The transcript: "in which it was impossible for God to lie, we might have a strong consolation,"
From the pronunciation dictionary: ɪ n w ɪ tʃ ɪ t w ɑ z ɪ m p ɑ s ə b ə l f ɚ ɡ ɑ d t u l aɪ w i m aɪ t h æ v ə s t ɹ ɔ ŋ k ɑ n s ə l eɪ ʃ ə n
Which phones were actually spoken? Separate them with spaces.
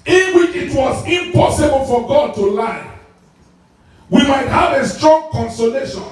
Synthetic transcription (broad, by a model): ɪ n w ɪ tʃ ɪ t w ɑ z ɪ m p ɑ s ə b ə l f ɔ ɡ ɑ d t u l aɪ w i m aɪ t h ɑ v ə s t ɹ ɔ ŋ k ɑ n s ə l eɪ ʃ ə n